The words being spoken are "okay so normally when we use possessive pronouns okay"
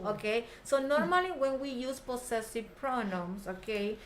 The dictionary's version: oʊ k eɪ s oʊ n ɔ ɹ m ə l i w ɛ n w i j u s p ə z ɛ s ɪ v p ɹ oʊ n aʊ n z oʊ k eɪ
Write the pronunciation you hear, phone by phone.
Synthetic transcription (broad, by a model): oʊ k eɪ s oʊ n ɔ ɹ m ə l i w ɛ n w i j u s p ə s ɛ s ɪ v p ɹ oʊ n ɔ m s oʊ k eɪ